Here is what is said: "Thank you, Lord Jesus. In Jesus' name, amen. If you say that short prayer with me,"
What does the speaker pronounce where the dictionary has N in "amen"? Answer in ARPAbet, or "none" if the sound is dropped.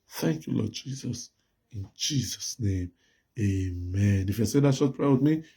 N